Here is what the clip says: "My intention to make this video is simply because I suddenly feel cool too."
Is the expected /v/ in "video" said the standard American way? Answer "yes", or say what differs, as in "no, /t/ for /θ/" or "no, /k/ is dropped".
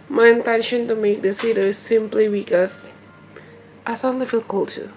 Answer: no, /f/ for /v/